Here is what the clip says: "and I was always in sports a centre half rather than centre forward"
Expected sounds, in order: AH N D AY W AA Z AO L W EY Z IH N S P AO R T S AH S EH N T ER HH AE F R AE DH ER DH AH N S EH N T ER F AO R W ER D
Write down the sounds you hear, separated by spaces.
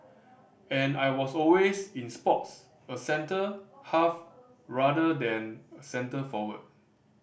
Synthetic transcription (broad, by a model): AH N AY W AA S AO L W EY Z IH N S P AO T S AH S EH N T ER HH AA F R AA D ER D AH N S EH N T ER F AO W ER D